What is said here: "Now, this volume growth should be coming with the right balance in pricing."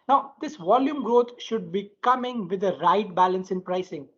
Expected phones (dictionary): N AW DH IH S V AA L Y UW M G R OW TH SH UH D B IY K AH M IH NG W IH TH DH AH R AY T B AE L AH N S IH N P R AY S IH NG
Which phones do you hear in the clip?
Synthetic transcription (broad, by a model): N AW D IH S V AA L Y UW M G R OW T SH UH D B IY K AH M IH NG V IH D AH R AY T B AE L AH N S IH N P R AY S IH NG